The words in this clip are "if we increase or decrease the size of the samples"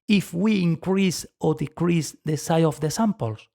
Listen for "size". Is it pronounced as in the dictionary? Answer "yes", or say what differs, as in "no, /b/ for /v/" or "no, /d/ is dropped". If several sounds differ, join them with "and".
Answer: no, /z/ is dropped